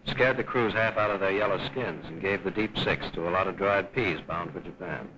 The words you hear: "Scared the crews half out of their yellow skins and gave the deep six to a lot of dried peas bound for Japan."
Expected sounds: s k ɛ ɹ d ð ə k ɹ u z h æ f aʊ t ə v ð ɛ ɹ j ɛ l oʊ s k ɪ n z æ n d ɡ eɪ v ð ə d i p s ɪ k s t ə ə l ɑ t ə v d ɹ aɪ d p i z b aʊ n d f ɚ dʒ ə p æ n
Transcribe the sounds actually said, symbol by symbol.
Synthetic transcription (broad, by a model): s k ɛ ɹ d ð ə k ɹ u z h æ f aʊ t ə v ð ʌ ɹ j ɛ l oʊ s k ɪ n z n ɡ eɪ v ð ə d i p s ɪ k s t ə ə l ɑ t ə v d ɹ aɪ d p i z b aʊ n d f ɚ dʒ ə p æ n